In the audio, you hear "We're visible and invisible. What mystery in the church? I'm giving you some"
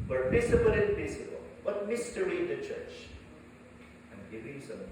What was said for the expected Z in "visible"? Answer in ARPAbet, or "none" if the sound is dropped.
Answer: S